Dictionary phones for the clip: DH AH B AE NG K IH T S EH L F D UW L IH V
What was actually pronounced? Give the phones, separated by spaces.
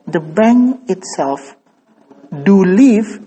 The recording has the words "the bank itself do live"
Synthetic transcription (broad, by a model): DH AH B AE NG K IH T S EH L F D UW L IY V